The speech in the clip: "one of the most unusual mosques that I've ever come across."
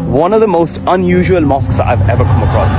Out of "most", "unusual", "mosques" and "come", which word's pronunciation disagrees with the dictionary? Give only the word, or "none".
none